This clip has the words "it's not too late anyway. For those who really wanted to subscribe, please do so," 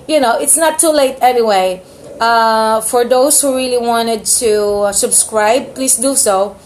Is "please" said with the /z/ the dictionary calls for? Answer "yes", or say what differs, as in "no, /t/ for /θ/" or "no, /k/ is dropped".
no, /s/ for /z/